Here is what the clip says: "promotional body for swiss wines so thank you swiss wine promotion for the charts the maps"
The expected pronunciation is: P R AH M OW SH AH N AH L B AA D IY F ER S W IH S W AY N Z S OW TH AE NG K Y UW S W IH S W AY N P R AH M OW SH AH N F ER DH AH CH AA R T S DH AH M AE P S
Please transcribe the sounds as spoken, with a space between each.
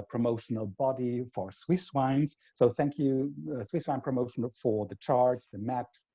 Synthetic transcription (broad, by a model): P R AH M OW SH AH N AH L B AA D IY F ER S W IH S W AY N Z S OW TH AE NG K Y UW S W IH S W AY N P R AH M OW SH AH N F ER DH AH CH AA R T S DH AH M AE P S